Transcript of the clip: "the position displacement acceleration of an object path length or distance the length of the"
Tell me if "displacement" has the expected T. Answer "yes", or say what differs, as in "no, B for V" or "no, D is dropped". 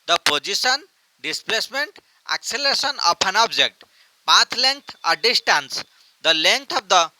yes